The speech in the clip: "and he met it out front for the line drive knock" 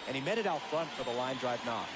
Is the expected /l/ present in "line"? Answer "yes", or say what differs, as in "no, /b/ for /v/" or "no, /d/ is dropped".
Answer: yes